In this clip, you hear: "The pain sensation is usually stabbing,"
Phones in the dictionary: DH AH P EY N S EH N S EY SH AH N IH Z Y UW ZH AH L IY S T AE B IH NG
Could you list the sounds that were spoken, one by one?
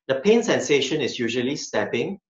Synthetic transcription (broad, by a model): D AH P EY N S EH N S EY SH AH N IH S Y UW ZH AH L IY S T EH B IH NG